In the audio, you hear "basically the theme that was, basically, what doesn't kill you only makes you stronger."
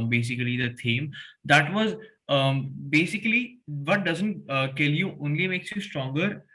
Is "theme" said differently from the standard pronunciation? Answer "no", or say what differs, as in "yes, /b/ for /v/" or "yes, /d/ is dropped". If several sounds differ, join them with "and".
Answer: yes, /t/ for /θ/